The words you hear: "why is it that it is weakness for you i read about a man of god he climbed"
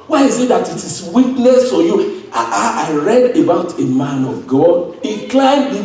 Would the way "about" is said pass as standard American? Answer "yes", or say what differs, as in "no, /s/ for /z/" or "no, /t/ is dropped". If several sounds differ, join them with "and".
yes